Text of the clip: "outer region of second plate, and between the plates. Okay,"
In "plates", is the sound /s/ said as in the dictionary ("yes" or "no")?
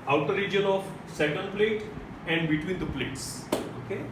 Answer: yes